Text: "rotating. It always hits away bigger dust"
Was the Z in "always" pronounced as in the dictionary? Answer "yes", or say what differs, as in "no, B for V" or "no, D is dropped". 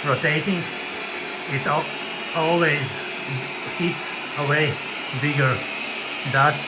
yes